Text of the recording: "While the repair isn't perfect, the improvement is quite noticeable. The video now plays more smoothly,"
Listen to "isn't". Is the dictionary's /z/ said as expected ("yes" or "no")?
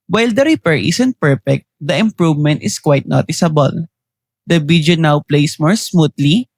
no